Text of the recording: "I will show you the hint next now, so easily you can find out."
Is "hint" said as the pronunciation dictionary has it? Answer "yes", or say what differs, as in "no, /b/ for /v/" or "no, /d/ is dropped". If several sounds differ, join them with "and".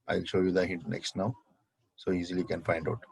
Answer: no, /n/ is dropped